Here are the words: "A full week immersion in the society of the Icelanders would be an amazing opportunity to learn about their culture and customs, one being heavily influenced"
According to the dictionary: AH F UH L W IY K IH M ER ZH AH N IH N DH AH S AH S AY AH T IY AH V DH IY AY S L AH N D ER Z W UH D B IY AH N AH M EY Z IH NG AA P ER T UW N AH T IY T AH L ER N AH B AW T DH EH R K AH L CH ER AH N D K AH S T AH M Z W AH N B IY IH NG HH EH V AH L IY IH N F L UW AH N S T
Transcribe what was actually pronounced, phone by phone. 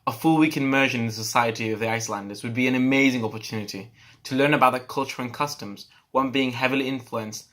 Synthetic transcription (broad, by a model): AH F UH L W IY K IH M ER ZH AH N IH N DH AH S AH S AY AH T IY AH V DH IY AY S L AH N D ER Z W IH D B IY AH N AH M EY Z IH NG AA P ER T UW N AH T IY T AH L ER N AH B AW T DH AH K AH L CH ER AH N K AH S T AH M Z W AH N B IY IH NG HH EH V AH L IY IH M F L UW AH N S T